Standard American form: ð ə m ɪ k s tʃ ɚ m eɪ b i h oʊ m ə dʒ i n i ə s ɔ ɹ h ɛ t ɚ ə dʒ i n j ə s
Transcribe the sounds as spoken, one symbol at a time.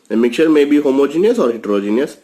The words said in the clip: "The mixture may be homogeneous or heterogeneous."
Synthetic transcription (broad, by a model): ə m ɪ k tʃ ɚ m eɪ b i h oʊ m ə dʒ i n i ə s ɔ ɹ h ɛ t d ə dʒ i n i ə s